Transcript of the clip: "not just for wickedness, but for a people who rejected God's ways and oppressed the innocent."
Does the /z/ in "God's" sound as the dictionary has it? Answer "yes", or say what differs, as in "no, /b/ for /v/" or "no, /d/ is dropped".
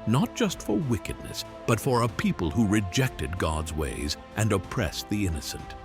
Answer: yes